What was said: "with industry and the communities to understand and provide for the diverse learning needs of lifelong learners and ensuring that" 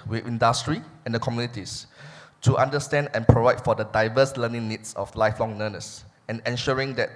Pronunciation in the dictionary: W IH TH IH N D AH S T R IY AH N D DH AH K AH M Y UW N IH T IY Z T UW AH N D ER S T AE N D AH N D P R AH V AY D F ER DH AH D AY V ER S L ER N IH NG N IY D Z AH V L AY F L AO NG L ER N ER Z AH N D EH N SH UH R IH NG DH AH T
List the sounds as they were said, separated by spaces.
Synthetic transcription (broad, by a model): W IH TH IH N D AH S T R IY AH N D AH K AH M Y UW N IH T IY S T UW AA N D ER S T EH N D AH N P R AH V AY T F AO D AH D AY V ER S L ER N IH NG N IY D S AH F L AY F L AO NG N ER N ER S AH N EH N SH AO R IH NG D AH T